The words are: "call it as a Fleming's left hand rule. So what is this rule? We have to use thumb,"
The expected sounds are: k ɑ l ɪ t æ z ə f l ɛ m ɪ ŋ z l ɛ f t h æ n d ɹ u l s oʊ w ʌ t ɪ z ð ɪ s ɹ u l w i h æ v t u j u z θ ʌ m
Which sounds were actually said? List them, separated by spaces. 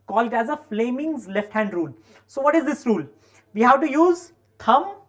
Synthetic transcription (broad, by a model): k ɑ l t æ z ə f l ɛ m ɪ ŋ z l ɛ f t h æ n d ɹ u l s oʊ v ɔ t ɪ z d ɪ s ɹ u l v i h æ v t u j u z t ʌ m